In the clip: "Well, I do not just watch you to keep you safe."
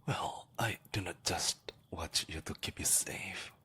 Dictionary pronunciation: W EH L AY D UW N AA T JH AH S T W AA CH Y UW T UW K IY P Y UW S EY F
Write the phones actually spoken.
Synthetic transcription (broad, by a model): W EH L AY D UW N AA T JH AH S T W AA CH Y UW T UW K IY P Y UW S EY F